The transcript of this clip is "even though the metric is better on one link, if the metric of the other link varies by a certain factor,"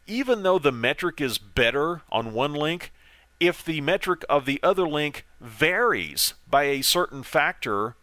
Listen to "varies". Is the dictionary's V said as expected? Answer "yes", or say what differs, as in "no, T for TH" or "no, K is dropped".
yes